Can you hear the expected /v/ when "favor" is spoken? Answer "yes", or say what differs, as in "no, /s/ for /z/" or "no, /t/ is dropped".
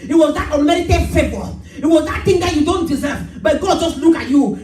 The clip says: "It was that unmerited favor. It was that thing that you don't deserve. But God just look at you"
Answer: no, /b/ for /v/